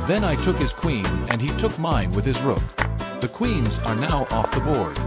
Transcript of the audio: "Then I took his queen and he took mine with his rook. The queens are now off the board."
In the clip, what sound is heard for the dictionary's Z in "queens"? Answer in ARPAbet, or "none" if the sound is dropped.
Z